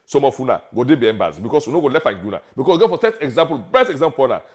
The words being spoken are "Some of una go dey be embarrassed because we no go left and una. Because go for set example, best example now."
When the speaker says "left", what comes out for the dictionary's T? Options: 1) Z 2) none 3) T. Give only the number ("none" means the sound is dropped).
2